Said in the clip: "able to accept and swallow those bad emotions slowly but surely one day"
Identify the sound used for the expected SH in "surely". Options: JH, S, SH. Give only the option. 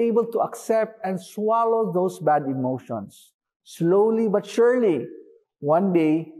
SH